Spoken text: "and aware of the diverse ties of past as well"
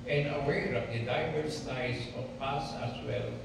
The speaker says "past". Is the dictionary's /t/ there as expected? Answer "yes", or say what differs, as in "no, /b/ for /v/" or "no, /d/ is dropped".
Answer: no, /t/ is dropped